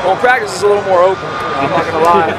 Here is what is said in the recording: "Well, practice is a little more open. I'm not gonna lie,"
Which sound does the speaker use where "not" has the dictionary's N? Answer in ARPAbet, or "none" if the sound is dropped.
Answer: L